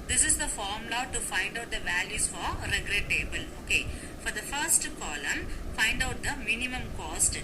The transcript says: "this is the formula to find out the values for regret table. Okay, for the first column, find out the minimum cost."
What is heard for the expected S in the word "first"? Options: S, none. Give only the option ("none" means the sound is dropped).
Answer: S